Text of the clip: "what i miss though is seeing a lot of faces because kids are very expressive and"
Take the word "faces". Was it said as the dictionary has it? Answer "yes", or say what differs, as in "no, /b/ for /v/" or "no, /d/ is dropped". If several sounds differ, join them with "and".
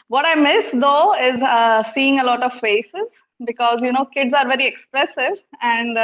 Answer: yes